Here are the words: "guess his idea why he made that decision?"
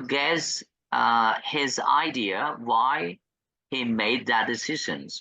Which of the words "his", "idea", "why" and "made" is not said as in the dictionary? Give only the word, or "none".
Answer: none